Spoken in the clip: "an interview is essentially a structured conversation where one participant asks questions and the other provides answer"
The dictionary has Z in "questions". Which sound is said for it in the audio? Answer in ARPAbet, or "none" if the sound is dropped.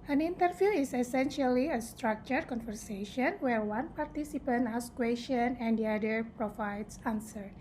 none